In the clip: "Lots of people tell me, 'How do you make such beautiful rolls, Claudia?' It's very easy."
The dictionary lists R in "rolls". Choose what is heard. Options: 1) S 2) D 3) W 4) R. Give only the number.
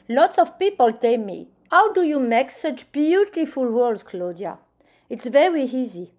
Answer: 3